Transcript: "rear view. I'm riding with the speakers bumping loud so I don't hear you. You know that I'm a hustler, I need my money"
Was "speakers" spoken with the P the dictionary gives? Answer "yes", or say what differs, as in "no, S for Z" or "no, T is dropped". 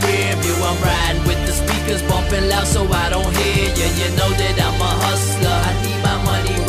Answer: yes